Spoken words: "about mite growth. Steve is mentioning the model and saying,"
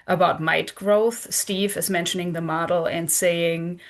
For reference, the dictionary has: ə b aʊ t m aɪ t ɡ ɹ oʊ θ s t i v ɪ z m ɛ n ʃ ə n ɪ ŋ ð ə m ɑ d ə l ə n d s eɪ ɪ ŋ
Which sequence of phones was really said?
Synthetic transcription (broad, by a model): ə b aʊ t m aɪ t ɡ ɹ oʊ θ s t i v ɪ z m ɛ n ʃ ə n ɪ ŋ ð ə m ɑ d l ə n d s eɪ ɪ ŋ